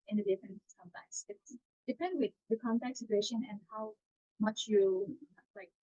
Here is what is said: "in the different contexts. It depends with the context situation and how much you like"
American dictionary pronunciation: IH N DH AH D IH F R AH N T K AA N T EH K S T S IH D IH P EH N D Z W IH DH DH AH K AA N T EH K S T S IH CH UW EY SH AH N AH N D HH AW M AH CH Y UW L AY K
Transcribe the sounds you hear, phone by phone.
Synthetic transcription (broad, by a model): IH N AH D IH F R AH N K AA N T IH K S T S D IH P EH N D W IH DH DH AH K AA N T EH K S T S IH CH UW EY SH AH N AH N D HH AW M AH CH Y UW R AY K